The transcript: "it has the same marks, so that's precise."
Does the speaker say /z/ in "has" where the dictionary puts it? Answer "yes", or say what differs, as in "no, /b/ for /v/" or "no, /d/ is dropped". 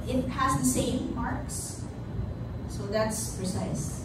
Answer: yes